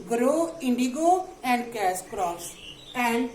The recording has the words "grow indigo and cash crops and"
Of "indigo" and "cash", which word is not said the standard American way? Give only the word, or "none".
cash